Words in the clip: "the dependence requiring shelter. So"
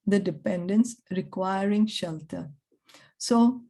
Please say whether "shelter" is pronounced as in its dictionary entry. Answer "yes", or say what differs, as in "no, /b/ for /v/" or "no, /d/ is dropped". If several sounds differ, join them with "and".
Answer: yes